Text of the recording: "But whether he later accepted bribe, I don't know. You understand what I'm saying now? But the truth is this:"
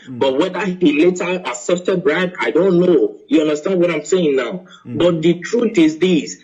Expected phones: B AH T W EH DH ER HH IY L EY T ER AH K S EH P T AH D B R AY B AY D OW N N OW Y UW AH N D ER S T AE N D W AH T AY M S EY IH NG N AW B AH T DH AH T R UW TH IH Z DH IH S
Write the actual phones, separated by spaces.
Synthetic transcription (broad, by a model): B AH T W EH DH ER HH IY L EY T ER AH S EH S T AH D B R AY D AY D OW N N OW Y UW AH N D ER S T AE N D W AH T AY M S EY IH NG N AW B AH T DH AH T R UW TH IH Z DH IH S